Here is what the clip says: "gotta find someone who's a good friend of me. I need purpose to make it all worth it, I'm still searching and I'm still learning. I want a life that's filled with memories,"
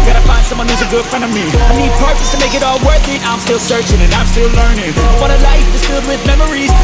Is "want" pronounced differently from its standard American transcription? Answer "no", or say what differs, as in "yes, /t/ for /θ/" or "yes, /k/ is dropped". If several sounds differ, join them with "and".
yes, /n/ is dropped